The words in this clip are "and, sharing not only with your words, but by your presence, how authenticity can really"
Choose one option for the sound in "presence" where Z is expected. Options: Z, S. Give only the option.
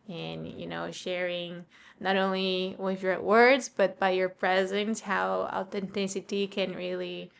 Z